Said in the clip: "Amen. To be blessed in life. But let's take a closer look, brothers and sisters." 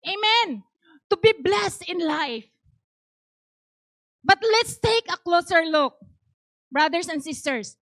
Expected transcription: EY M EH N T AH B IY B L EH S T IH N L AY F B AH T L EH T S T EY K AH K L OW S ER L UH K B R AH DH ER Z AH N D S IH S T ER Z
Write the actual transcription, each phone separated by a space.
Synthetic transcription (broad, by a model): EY M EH N T AH B IY B L EH S T IH N L AY F B AH T L EH T S T EY K AH K L OW S ER L UH K B R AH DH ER S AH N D S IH S T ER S